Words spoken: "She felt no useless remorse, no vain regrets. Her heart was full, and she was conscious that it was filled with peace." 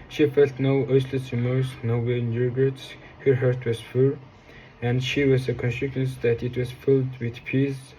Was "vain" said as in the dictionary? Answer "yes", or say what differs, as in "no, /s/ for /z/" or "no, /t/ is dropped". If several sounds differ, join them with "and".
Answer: no, /w/ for /v/